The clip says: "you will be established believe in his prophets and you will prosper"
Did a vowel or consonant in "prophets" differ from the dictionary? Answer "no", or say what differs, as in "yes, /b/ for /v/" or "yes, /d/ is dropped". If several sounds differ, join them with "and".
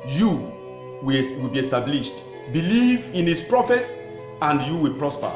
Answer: no